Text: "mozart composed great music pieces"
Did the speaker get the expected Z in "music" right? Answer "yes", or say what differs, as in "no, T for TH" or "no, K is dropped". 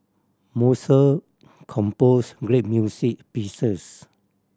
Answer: no, S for Z